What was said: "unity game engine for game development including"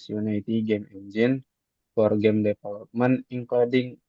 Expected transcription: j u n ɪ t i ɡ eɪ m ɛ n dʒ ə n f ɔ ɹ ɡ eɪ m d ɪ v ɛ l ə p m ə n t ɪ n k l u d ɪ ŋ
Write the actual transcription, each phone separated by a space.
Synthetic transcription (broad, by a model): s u n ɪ t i ɡ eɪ m ɛ n dʒ ə n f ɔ ɹ ɡ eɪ m d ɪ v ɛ l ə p m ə n ɪ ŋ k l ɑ d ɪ ŋ